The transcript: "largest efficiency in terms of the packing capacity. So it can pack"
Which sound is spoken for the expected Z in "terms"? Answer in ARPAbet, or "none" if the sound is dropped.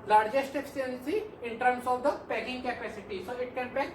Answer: S